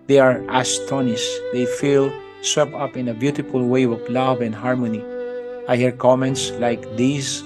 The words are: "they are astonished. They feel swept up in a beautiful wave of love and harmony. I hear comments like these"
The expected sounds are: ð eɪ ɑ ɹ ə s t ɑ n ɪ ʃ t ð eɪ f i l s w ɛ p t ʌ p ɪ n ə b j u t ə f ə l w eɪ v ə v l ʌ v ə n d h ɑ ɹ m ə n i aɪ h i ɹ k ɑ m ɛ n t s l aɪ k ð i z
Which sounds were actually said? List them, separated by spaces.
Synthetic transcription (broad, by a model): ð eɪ ɑ ɹ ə s t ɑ n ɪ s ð eɪ f i l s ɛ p ʌ p ɪ n ə b j u t ə f ə l w eɪ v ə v l ʌ v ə n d h ɑ ɹ m ə n i aɪ h i ɹ k ɑ m ɛ n t s l aɪ k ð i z